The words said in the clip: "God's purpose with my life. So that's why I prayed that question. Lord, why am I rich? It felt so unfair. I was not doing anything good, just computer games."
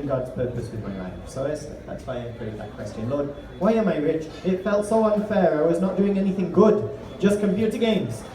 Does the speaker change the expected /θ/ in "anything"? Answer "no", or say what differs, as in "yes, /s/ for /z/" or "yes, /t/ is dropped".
no